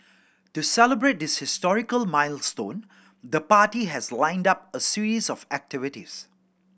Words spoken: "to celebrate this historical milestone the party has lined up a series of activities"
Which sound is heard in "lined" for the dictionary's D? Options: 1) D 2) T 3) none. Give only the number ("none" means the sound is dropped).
1